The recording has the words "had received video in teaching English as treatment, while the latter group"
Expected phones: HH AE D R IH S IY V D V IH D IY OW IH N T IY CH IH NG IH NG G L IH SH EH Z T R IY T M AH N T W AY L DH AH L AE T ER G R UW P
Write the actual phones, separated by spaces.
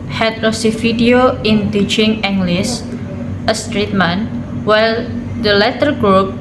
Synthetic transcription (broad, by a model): HH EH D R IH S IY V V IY D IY OW IH N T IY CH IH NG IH NG G L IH S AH S T R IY T M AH N W AY L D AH L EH T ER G R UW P